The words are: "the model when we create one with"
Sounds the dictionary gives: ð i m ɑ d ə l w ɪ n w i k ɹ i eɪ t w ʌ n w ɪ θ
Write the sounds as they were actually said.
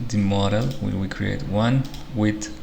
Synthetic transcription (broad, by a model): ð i m ɑ d ə l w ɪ l w i k ɹ i eɪ t w ʌ n w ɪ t